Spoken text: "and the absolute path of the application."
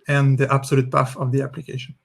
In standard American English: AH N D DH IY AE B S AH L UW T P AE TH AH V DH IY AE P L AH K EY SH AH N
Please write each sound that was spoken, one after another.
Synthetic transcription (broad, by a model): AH N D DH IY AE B S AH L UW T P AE F AH V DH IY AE P L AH K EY SH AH N